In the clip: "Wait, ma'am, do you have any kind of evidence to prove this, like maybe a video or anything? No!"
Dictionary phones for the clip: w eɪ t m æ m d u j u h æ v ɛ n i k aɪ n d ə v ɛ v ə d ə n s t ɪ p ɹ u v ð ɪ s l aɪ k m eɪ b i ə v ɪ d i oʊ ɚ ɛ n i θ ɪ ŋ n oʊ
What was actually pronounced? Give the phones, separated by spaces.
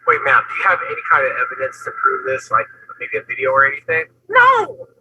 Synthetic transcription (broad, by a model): w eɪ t m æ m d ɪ j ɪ v ɛ n i k aɪ n d ə v ɛ v ə d ə n s t ɪ p ɹ u v ð ɪ s l aɪ k m eɪ b i ə v ɪ d i oʊ ɚ ɛ n i θ ɪ ŋ n oʊ